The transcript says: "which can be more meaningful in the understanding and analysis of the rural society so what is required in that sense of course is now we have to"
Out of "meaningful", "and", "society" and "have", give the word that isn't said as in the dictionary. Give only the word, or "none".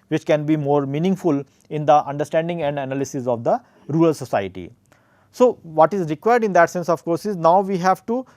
none